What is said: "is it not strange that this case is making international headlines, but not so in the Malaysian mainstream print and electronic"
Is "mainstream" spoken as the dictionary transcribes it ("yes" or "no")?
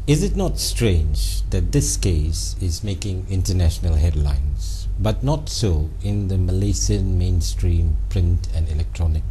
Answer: yes